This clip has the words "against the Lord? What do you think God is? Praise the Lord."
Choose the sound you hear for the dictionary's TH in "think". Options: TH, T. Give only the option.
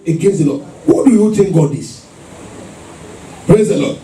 T